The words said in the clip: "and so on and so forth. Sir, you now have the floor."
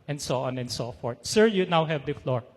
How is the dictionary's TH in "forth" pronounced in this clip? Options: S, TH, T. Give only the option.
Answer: T